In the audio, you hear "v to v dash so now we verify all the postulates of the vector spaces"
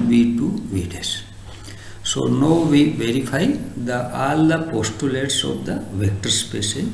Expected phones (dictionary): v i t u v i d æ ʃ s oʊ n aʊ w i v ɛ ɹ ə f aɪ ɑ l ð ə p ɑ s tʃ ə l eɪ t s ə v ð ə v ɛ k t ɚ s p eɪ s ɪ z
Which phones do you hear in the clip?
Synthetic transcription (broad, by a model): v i t u v i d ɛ s s oʊ n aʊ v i v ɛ ɹ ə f aɪ ɑ l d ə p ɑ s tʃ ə l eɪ t s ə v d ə v ɛ k t ɚ s p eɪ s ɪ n